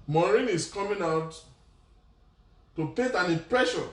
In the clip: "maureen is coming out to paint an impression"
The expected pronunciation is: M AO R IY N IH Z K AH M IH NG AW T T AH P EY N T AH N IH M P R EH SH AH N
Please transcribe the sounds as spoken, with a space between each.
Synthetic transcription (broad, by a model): M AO R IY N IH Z K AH M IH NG AW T T AH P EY T AH N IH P R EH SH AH